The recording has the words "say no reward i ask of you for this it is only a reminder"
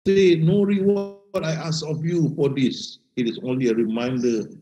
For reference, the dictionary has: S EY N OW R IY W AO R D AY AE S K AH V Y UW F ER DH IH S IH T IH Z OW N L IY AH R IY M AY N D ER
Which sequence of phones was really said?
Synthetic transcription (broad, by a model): S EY N OW R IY W AO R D AY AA S AH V Y UW F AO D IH S IH T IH S OW N L IY AH R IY M AY N D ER